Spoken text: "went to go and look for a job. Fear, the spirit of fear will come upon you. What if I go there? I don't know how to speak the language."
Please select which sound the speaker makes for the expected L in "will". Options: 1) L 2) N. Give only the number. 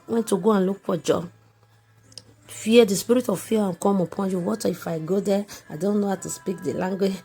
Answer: 2